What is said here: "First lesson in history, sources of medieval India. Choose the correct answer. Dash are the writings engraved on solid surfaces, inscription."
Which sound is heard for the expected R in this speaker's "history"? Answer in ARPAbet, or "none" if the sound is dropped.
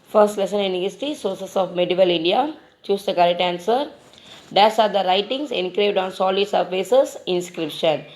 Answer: none